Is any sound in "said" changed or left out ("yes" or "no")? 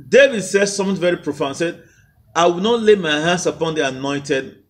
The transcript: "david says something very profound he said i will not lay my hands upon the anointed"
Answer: no